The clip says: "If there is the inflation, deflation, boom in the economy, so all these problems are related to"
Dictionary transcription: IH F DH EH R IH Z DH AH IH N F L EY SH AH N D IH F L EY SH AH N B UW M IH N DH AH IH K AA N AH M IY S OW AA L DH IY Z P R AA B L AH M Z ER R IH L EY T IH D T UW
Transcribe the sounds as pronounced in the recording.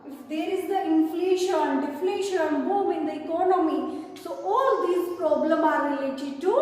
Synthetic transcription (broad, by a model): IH F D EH R IH Z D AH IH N F L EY SH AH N D IH F L EY SH AH N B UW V IH N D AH IH K AA N AH M IY S OW AA L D IY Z P R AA B L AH M AA R IH L EY T IH D T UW